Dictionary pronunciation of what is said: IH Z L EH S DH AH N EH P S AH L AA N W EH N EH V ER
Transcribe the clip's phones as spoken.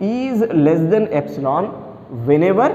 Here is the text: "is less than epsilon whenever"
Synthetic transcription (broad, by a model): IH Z L EH S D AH N EH P S AH L AA N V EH N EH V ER